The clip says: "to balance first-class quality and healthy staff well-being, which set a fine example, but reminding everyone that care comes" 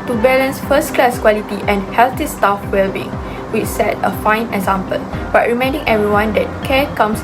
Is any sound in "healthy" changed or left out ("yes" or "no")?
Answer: yes